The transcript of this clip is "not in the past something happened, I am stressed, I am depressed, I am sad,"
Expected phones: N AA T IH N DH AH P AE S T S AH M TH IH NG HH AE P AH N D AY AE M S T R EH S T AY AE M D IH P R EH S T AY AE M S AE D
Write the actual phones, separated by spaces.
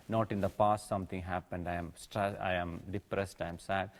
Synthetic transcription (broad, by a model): N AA T IH N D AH P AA S T S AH M T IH NG HH AE P AH N D AY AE M S T R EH S AY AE M D IH P R EH S T AY M S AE D